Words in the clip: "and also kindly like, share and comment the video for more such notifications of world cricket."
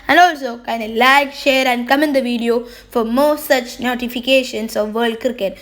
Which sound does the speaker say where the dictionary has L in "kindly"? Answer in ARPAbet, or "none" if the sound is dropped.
none